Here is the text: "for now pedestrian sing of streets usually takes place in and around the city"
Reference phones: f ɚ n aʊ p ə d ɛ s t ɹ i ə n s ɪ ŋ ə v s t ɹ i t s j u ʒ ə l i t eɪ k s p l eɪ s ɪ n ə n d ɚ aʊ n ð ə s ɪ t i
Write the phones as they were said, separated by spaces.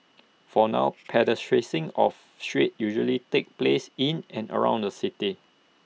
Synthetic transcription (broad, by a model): f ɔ n aʊ p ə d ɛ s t ɹ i s ɪ ŋ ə f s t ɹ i t j u ʒ ə l i t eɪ k p l eɪ s ɪ n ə n ɚ aʊ n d ə s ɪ t i